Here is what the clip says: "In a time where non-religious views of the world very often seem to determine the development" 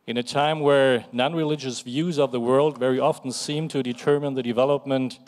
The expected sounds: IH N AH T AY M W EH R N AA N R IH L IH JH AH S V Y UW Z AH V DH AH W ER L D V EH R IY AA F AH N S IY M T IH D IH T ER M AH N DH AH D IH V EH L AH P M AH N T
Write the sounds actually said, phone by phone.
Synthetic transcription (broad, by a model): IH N AH T AY M W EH R N AA N R IH L IH JH AH S V Y UW Z AH V DH AH W ER L D V EH R IY AA F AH N S IY M T IH D IH T ER M AH N DH AH D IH V EH L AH P M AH N T